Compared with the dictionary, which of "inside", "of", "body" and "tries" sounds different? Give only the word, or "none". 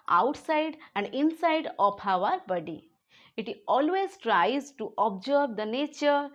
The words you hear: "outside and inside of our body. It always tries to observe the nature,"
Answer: of